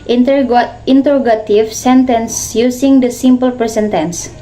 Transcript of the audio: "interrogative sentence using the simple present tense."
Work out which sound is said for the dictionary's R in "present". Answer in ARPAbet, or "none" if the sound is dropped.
none